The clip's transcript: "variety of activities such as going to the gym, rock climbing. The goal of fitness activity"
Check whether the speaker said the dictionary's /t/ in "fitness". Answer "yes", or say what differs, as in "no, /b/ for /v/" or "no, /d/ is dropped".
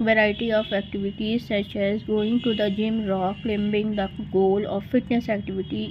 yes